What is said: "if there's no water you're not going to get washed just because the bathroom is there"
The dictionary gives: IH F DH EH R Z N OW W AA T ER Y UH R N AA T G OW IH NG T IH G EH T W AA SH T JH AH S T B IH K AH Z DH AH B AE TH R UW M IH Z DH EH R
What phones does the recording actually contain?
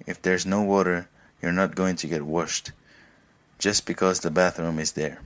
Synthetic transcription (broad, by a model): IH F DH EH R Z N OW W AA T ER Y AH R N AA T G OW IH NG T IH G EH T W AA SH T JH AH S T B IH K AH Z DH AH B AE TH R UW M IH Z DH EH R